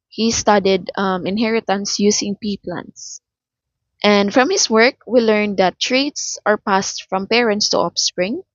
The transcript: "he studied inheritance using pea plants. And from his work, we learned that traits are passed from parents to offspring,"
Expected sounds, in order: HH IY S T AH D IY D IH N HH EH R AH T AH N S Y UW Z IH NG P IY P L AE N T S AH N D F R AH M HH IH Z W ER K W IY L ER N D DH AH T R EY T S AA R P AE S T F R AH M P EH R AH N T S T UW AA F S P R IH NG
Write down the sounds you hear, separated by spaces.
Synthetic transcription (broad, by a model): HH IY S T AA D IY D IH N HH EH R AH T AH N S Y UW S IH NG P IY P L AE N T S AH N D F R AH M HH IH S W ER K W IY L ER N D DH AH T R EY T S AA R P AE S T F R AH M P EH R AH N T S T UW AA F S P R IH NG